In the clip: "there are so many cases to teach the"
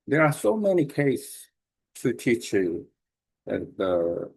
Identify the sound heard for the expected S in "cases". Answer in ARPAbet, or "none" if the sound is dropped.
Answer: none